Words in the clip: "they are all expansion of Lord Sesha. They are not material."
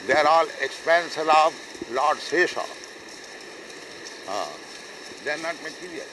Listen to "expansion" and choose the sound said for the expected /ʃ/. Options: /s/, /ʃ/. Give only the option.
/s/